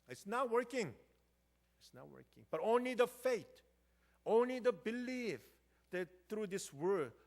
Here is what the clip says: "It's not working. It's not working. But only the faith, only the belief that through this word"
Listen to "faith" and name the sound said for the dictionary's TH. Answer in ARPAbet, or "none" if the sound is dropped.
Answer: T